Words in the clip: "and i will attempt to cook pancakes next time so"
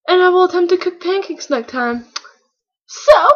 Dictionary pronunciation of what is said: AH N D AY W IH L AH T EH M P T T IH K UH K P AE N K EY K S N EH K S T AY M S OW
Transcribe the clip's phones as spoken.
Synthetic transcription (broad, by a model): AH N AY W IH L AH T EH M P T T IH K UH K P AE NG K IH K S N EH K T AY M S OW